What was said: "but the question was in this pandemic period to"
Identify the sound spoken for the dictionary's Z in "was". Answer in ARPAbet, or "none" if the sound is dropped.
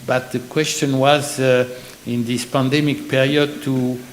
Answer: Z